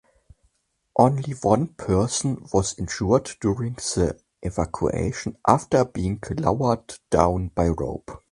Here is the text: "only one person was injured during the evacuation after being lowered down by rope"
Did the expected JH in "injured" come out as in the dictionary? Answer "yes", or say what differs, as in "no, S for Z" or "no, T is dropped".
no, SH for JH